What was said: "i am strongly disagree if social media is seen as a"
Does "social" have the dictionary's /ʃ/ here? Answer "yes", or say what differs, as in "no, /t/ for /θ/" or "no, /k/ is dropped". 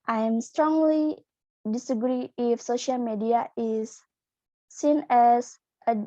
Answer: yes